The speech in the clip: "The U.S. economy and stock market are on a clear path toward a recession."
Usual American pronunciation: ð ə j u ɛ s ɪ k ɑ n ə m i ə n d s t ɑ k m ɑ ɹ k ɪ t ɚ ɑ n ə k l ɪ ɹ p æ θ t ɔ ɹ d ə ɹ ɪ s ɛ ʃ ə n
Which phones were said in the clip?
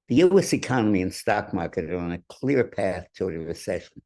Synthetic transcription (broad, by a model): ð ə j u ɛ s ɪ k ɑ n ə m i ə n s t ɑ k m ɑ ɹ k ɪ t ɚ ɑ n ə k l ɪ ɹ p æ θ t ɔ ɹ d ə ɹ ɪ s ɛ ʃ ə n